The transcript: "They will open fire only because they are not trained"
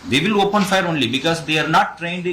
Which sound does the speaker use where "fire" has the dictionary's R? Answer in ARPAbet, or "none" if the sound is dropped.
R